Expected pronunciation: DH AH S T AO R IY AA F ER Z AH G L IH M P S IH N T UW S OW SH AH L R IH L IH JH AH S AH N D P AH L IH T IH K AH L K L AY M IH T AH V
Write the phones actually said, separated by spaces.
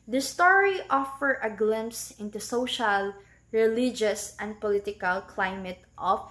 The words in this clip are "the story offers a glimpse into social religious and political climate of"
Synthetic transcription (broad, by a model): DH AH S T AO R IY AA F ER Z AH G L IH M P S IH N T UW S OW SH AH L R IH L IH JH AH S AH N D P AH L IH T IH K AH L K L AY M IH T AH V